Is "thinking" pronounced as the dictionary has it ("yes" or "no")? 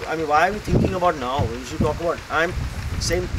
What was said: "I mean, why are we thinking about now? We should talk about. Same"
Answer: no